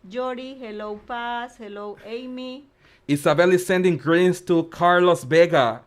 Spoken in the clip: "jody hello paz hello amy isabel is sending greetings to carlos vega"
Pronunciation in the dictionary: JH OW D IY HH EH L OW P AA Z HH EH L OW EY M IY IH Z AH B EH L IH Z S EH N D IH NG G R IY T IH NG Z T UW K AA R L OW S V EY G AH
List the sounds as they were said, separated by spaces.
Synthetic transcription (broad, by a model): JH OW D IY HH EH L OW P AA S HH EH L OW EY M IY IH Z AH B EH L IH S EH N D IH NG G R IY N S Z T UW K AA R L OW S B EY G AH